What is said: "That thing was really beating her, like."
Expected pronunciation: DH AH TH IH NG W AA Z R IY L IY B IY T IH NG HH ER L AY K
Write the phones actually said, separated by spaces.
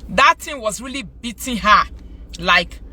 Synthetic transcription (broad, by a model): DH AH T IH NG W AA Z R IY L IY B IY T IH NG HH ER L AY K